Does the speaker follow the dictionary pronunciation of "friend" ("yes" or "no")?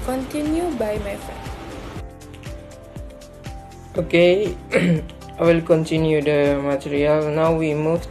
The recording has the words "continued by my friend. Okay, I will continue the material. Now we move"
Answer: no